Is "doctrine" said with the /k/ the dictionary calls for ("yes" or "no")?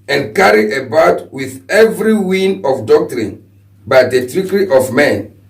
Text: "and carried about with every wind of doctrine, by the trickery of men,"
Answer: yes